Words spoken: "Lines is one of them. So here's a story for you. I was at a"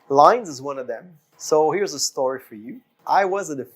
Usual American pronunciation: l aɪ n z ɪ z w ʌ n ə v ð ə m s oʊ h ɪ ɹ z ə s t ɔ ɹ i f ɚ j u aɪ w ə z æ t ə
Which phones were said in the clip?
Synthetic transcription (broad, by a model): l aɪ n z ɪ z w ʌ n ə v ð ə m s oʊ h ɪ ɹ z ə s t ɔ ɹ i f ɚ j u aɪ w ə z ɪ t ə